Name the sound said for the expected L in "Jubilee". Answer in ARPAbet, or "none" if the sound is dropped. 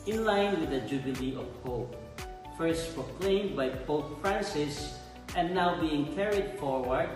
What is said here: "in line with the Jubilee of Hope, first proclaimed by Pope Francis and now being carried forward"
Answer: L